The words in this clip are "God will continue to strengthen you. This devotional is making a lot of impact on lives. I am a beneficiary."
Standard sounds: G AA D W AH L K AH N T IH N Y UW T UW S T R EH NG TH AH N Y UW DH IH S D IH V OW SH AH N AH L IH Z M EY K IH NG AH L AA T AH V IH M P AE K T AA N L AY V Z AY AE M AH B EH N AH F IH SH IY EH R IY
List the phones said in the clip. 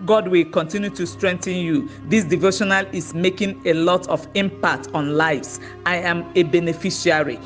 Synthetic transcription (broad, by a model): G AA D W AH L K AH N T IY N Y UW T UW S T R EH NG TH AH N Y UW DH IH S D IH V OW SH AH N AH L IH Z M EY K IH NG AH L AA T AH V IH M P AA K T AA N L AY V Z AY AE M AH B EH N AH F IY SH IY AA R IY